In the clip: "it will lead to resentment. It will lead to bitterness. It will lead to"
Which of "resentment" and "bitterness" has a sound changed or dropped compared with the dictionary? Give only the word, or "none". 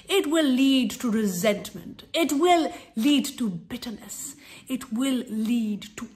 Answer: none